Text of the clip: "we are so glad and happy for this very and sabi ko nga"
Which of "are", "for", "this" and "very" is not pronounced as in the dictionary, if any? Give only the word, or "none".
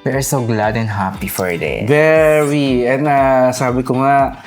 this